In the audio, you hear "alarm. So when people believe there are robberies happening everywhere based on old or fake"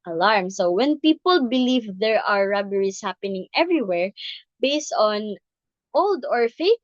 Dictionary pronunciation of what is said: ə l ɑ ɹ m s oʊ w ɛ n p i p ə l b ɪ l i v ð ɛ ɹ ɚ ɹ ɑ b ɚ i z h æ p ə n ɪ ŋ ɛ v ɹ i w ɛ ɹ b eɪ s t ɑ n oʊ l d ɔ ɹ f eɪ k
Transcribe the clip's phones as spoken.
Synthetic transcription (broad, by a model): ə l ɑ ɹ m s oʊ w ɛ n p i p ə l b ɪ l i v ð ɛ ɹ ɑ ɹ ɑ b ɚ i s h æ p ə n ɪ ŋ ɛ v ɹ i w ɛ ɹ b eɪ s t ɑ n oʊ l d ɔ ɹ f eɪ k